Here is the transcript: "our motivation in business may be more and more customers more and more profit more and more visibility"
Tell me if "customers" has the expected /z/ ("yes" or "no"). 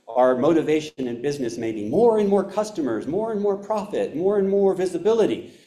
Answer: yes